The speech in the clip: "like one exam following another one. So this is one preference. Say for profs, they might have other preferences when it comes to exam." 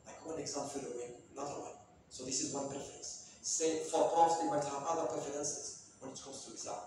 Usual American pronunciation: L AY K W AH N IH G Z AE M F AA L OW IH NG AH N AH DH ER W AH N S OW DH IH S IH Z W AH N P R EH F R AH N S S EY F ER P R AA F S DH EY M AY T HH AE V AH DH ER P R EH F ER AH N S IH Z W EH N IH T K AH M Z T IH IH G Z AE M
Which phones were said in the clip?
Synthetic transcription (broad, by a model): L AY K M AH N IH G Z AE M P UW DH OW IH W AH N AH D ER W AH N S OW DH IH S IH Z W AH N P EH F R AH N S S EY F ER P AA S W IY M AY T HH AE V AH DH ER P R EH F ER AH N S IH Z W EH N IH T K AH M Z T IH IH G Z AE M